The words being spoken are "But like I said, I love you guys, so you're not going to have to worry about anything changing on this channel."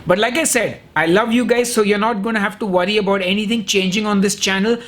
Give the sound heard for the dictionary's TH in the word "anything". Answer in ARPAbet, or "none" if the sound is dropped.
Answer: T